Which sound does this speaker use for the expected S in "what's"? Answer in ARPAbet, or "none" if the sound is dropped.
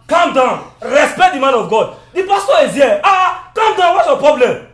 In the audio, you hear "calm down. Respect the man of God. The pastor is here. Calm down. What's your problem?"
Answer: none